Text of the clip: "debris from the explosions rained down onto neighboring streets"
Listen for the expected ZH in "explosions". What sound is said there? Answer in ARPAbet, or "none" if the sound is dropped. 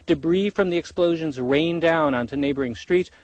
ZH